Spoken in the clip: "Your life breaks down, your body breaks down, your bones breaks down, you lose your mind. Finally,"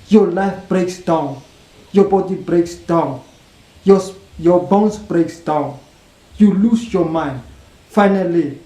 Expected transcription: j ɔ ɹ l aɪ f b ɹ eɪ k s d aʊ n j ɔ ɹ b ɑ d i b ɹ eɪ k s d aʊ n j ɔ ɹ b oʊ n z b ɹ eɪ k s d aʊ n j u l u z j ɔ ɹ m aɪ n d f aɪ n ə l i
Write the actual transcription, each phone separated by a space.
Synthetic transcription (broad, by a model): j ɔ l aɪ f b ɹ eɪ k s d aʊ n j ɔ b ɑ d i b ɹ eɪ k s d aʊ n j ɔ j b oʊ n s b ɹ eɪ k s d aʊ n j u l u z j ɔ m aɪ n d f aɪ n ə l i